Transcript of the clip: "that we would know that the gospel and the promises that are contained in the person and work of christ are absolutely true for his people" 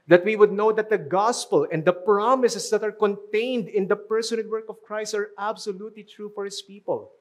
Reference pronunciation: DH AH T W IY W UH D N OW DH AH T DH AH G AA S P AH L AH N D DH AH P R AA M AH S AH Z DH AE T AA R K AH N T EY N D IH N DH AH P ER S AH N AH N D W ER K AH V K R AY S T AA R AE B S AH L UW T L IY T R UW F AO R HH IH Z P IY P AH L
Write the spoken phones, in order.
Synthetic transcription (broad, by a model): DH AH T W IY W UH D N OW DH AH T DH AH G AA S P AH L AH N D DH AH P R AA M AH S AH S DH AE T AA R K AH N T EY N D IH N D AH P ER S AH N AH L W ER K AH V K R AY S T AA R AE B S AH L UW T L IY T R UW F AO R HH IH S P IY P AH L